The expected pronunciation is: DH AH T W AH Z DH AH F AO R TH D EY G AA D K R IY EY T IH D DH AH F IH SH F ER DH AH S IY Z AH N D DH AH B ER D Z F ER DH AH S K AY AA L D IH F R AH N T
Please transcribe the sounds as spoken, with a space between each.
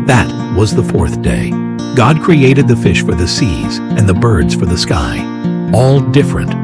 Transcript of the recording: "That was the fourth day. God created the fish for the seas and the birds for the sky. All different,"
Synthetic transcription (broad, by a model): DH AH T W AH Z DH AH F AO R TH D EY G AA D K R IY EY T IH D DH AH F IH SH F ER DH AH S IY Z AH N DH AH B ER D Z F ER DH AH S K AY AA L D IH F R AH N T